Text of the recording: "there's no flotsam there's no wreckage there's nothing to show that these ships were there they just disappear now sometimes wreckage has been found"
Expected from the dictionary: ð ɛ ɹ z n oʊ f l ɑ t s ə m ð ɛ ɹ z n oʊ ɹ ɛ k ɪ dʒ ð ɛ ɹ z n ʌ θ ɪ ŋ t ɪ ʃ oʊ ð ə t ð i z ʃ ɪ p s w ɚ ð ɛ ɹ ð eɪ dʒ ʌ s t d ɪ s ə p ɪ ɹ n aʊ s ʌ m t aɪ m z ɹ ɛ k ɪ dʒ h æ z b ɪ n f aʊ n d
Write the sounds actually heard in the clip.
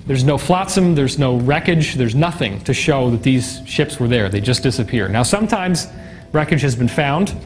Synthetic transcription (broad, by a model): ð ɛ ɹ z n oʊ f l ɑ t s ə m ð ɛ ɹ z n oʊ ɹ ɛ k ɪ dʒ ð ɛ ɹ z n ʌ θ ɪ ŋ t ɪ ʃ oʊ ð ə t ð i z ʃ ɪ p s w ɚ ð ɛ ɹ ð eɪ dʒ ʌ s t d ɪ s ə p ɪ ɹ n aʊ s ʌ m t aɪ m z ɹ ɛ k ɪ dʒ h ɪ z b ɪ n f aʊ n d